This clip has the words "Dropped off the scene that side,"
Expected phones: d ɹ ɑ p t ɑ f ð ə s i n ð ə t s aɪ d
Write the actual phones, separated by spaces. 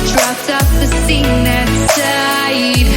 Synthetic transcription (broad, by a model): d ɹ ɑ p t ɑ p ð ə s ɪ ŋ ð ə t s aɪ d